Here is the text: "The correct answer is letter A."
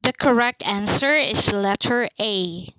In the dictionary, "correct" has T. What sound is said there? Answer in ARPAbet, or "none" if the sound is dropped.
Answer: T